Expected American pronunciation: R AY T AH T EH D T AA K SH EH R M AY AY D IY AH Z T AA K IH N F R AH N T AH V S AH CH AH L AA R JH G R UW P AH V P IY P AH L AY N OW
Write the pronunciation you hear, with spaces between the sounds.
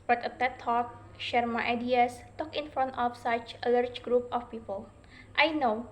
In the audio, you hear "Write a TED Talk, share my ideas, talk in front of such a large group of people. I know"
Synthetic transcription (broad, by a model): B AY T AH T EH T AA K SH EH R M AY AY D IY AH S T AA K IH N F R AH N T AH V S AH CH AH L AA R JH G R UW P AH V P IY P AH L AY N OW